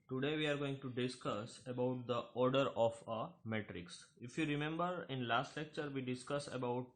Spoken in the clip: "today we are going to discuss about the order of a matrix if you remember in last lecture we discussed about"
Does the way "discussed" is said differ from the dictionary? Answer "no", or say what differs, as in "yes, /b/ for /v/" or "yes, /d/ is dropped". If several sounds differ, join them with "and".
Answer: yes, /t/ is dropped